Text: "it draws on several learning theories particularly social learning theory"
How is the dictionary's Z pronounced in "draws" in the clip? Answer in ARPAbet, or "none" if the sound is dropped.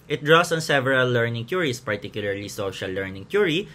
S